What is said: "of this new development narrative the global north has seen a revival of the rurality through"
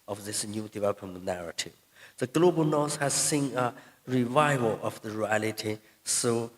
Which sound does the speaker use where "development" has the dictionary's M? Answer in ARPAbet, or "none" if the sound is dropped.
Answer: none